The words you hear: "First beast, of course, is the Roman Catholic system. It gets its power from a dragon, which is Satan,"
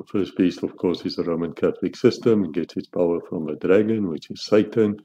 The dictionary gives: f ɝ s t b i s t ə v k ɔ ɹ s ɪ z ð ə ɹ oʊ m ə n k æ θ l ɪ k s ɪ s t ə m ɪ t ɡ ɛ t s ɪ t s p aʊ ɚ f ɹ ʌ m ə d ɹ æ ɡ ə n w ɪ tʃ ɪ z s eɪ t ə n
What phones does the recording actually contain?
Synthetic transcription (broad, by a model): f ɝ s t b i s t ə v k ɔ ɹ s ɪ z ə ɹ oʊ m ə n k æ θ l ɪ k s ɪ s t ə m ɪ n ɡ ɛ t s ɪ t s p aʊ ɚ f ɹ ʌ m ə d ɹ æ ɡ ə n w ɪ tʃ ɪ z s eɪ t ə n